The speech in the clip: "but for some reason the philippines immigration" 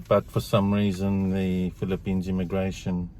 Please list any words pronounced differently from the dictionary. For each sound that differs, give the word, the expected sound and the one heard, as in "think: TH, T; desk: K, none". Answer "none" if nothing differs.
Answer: none